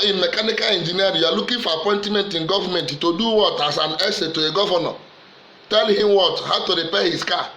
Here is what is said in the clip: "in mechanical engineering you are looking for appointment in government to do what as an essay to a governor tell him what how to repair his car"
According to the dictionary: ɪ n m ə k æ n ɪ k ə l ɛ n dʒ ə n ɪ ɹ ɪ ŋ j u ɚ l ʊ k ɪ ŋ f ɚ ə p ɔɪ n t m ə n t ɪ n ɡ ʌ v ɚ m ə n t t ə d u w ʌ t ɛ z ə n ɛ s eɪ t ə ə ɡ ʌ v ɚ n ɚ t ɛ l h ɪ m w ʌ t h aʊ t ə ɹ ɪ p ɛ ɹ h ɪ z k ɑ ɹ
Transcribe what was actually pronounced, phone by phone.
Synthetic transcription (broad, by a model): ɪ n m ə k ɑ n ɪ k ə l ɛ n dʒ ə n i ɪ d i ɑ l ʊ k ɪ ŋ f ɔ ə p ɔɪ n t m ə n t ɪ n ɡ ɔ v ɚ m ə n t t ə d u w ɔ t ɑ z ə n ɛ s eɪ t ə ə ɡ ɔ v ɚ n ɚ t ɛ l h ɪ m w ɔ t h aʊ t ə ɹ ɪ p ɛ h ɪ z k ɑ